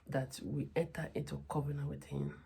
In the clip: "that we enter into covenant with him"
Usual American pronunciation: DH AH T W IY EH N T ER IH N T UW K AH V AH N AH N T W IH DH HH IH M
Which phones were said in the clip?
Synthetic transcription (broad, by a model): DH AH T W IY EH N T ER IH N T UW K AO B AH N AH W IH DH HH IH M